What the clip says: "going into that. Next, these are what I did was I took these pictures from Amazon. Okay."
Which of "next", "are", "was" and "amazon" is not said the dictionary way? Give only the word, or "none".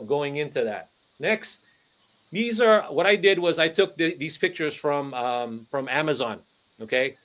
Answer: none